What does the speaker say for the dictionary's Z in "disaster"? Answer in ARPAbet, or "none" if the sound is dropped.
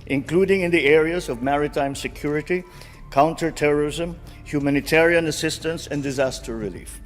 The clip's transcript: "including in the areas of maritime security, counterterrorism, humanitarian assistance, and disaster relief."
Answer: Z